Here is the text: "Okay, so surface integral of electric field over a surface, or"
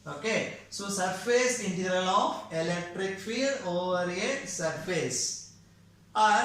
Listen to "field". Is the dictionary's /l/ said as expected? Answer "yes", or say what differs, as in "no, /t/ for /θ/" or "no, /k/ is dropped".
no, /l/ is dropped